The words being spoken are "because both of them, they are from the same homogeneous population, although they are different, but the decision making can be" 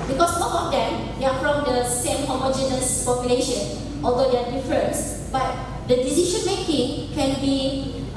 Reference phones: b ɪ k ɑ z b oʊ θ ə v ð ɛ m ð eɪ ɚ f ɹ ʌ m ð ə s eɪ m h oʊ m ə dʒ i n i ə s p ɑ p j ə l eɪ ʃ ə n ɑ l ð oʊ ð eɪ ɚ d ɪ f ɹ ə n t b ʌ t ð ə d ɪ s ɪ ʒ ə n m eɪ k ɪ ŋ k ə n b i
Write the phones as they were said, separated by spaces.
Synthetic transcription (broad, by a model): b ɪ k ɑ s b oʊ t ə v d ɛ m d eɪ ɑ f ɹ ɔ m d ə s eɪ m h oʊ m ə dʒ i n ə s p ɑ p j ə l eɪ ʃ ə n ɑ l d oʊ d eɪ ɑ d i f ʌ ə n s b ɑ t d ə d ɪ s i ʃ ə n m eɪ k ɪ ŋ k ə n b i